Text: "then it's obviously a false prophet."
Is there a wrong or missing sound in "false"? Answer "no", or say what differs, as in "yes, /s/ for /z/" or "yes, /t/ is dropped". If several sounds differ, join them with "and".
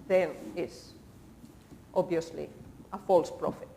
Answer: no